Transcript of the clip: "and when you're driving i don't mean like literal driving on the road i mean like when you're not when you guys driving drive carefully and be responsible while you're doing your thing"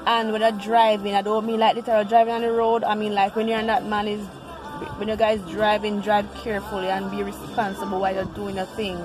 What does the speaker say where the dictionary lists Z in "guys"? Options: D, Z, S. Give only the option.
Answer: Z